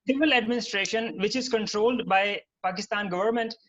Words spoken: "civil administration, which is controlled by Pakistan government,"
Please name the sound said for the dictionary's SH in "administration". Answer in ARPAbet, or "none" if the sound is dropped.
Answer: SH